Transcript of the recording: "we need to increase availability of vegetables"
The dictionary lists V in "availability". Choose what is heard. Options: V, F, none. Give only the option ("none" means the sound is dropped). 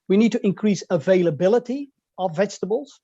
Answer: V